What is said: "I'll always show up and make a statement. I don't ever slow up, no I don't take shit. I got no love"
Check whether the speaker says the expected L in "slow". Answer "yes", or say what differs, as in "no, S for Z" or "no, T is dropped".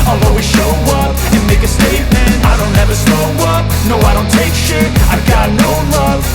no, L is dropped